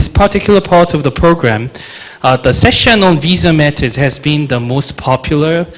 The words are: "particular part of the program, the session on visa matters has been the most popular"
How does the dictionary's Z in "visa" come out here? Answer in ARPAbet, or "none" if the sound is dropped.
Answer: Z